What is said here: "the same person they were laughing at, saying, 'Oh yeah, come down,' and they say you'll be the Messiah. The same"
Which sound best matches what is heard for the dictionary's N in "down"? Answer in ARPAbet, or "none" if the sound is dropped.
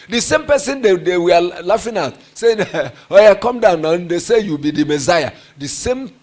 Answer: N